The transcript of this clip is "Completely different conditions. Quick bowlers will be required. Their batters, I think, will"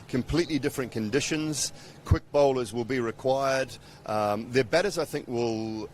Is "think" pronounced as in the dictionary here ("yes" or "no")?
yes